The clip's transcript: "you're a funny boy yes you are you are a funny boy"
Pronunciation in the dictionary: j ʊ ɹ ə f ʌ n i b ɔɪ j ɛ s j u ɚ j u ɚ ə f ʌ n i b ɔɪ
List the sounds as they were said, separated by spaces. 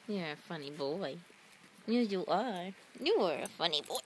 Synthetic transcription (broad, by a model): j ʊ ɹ ə f ʌ n i b ɔɪ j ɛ j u ɚ j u ɚ ə f ʌ n i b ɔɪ